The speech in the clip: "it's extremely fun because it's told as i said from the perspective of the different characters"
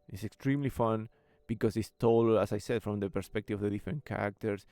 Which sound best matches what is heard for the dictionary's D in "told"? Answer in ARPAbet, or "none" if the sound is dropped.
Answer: none